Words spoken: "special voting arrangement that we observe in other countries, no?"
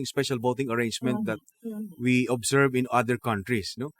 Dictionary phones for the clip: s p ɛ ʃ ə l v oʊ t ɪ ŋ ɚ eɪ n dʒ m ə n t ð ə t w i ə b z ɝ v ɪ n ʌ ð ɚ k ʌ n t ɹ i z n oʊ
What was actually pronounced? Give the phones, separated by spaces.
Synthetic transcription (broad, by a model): s p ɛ ʃ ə l b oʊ t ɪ ŋ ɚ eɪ n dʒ m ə n t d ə t w i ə b s ɝ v ɪ n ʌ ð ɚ k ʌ n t ɹ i s n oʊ